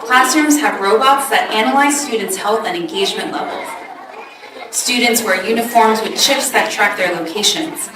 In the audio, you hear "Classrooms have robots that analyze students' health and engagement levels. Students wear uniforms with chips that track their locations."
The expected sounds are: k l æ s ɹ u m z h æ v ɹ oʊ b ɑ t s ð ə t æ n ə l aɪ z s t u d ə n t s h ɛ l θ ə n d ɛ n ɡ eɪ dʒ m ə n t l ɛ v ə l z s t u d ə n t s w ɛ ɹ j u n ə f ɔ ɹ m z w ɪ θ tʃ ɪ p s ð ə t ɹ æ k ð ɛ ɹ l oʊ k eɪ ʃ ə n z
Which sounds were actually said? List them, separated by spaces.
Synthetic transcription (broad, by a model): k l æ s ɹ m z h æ v ɹ oʊ b ɑ t s ð ə t æ n ə l aɪ z s t u d n t s h ɛ l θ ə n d ɛ n ɡ eɪ dʒ m ə n t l ɛ v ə l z s t u d n t s w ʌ ɹ j u n ə f ɔ ɹ m z w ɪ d tʃ ɪ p s ð ə t ɹ æ k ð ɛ ɹ l oʊ k eɪ ʃ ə n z